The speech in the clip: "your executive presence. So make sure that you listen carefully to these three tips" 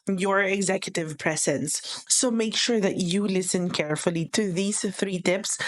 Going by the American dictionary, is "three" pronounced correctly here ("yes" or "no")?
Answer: yes